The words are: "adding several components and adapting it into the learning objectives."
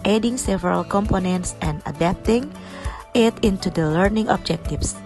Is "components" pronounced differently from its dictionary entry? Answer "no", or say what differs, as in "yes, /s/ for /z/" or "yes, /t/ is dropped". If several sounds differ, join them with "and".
no